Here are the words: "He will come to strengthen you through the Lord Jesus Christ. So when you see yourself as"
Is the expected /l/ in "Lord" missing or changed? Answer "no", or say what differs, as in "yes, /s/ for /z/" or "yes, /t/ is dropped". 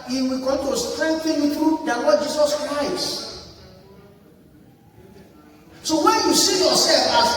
yes, /w/ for /l/